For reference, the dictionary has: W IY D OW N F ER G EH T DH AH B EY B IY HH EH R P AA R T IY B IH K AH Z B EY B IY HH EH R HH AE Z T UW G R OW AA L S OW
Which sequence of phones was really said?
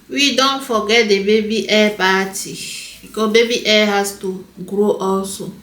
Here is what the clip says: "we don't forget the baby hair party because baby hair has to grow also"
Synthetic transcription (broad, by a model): W IY D OW N F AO G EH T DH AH B EY B IY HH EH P AA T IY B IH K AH B EY B IY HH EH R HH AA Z T UW G R OW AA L S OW